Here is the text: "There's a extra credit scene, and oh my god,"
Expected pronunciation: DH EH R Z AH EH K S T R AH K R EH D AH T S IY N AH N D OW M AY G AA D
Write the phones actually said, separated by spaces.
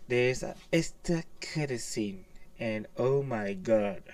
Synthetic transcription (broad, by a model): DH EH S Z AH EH S T AH K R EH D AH S IY N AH N OW M AY G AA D